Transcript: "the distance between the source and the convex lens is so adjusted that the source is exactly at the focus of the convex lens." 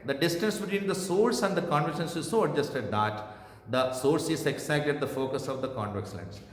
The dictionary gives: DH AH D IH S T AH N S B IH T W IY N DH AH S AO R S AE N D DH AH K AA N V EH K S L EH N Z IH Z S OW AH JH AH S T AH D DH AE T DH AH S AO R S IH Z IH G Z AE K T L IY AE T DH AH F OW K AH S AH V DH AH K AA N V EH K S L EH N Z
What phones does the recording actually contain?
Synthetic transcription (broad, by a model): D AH D IH S T AH N S B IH T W IY N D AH S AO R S AE N D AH K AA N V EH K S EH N S IH Z S OW AH JH AH S T AH D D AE T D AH S AO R S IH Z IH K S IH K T IY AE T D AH F OW K AH S AH V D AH K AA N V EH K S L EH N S